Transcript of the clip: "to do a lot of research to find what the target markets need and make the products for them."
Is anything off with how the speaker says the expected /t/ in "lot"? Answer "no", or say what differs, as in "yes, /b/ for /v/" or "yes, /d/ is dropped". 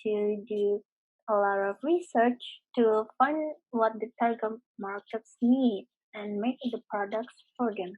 yes, /t/ is dropped